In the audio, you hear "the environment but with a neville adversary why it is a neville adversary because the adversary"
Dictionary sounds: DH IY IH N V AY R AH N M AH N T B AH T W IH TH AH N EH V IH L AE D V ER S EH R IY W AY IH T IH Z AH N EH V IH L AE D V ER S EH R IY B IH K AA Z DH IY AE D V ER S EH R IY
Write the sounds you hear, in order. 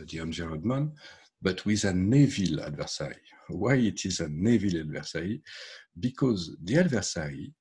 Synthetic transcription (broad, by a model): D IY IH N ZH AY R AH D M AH N B AH T W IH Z AH N EH V IH L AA D V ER S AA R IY W AY IH T IH Z AH N EH V IH L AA D V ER S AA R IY B IH K AA Z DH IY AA D V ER S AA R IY